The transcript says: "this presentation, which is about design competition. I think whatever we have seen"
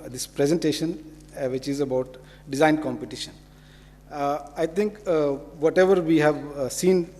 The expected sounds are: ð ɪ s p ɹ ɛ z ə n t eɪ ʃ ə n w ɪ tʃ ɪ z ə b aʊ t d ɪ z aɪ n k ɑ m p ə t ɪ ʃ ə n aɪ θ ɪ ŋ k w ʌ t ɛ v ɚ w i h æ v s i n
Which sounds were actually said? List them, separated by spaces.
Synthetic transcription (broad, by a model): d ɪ s p ɹ ɛ z ə n t eɪ ʃ ə n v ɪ tʃ ɪ z ə b aʊ t d ɪ z aɪ n k ɑ m p ə t ɪ ʃ ə n aɪ t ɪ ŋ k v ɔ t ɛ v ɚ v i h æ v s i n